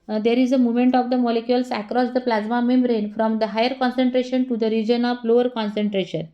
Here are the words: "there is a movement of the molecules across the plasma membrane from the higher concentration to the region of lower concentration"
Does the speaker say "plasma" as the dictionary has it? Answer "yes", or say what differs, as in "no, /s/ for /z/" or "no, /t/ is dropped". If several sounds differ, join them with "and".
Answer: yes